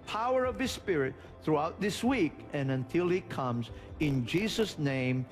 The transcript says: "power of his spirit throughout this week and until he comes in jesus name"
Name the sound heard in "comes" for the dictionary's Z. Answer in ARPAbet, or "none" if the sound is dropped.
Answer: Z